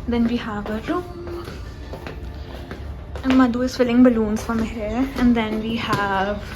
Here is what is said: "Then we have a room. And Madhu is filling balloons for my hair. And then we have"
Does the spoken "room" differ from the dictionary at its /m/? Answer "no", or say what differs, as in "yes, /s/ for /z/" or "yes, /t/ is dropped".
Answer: yes, /m/ is dropped